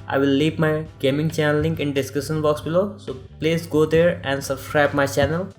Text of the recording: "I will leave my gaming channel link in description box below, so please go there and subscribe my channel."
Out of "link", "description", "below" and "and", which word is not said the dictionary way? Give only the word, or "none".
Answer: description